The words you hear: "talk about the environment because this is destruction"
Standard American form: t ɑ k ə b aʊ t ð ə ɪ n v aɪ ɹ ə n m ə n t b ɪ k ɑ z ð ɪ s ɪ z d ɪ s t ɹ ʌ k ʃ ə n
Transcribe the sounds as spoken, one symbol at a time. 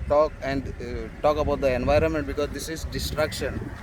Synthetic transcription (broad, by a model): t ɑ k ə b aʊ t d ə ɪ n v aɪ ɹ ə n m ə n t b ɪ k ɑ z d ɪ s ɪ z d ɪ s t ɹ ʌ k ʃ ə n